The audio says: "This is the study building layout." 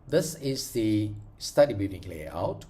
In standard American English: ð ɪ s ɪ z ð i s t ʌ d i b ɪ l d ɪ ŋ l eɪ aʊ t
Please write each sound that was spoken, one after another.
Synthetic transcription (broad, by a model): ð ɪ s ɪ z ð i s t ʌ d i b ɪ d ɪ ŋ l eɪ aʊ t